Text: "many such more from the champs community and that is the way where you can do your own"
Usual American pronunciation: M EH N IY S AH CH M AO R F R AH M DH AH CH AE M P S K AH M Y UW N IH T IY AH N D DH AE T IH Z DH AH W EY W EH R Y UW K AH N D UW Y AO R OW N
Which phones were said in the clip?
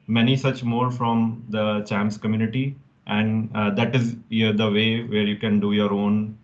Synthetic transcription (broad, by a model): M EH N IY S AH CH M AO R F R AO M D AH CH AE M S K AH M Y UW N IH T IY AH N D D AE T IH Z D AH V EY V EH R Y UW K AH N D UW Y AO R OW N